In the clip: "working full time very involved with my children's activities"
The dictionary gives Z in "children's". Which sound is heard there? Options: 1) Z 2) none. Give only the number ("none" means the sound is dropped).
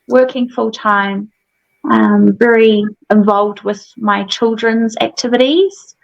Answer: 1